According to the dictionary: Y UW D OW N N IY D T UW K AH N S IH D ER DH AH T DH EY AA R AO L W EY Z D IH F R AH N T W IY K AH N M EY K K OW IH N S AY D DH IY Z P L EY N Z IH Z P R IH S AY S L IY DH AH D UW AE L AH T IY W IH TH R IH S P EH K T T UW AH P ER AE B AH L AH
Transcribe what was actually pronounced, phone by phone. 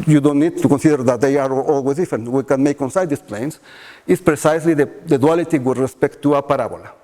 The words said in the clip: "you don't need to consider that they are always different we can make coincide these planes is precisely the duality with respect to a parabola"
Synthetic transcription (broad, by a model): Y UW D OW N N IY D T UW K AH N S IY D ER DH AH T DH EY AA R AO L W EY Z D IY F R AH N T W IY K AH N M EY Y K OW N S AY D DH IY S P L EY N S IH S P R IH S AY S L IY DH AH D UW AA L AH T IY W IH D R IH S P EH K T T UW AH P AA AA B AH L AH